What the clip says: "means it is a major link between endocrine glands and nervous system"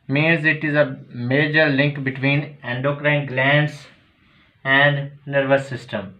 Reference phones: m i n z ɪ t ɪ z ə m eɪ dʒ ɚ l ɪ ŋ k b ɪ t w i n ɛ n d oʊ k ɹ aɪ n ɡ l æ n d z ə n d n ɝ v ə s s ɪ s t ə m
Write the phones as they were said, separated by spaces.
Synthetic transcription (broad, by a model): m i n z ɪ t ɪ z ə m eɪ dʒ ɚ l ɪ ŋ k b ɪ t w i n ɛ n d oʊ k ɹ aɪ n ɡ l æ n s ə n d n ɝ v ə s s ɪ s t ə m